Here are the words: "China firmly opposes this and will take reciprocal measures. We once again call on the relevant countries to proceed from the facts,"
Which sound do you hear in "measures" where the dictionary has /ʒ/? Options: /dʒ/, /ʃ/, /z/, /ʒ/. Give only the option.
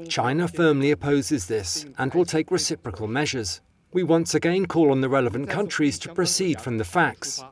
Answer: /ʒ/